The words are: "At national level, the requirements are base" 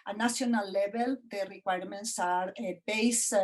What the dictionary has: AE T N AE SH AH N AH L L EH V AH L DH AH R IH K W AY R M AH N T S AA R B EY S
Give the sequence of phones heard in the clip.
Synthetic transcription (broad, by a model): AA N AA S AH N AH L L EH B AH L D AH R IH K W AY R M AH N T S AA R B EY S